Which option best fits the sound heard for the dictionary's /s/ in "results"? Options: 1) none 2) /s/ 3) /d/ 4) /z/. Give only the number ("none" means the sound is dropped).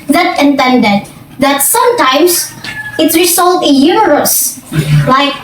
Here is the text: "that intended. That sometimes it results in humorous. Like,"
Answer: 1